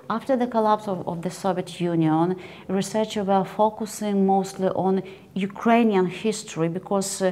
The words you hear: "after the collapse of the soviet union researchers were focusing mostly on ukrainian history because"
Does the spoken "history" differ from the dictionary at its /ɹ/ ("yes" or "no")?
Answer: no